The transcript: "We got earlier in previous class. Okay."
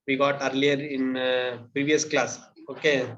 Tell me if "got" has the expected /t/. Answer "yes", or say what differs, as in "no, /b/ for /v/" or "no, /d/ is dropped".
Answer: yes